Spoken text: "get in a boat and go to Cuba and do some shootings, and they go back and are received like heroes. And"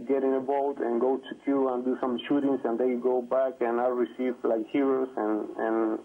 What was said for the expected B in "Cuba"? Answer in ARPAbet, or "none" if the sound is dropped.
none